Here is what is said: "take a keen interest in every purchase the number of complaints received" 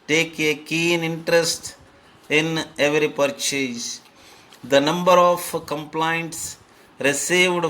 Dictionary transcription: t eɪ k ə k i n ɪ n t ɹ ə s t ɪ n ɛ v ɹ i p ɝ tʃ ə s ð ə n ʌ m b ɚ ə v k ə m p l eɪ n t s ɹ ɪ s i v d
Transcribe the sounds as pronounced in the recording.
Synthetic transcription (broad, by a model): t eɪ k ə k i n ɪ n t ɹ ə s t ɪ n ɛ v ɹ i p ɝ tʃ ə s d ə n ʌ m b ɚ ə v k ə m p l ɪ n t s ɹ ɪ s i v d